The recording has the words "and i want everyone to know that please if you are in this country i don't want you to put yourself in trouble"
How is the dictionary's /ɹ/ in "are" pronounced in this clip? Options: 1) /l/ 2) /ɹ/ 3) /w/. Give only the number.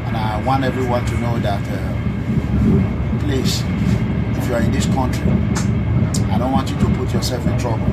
2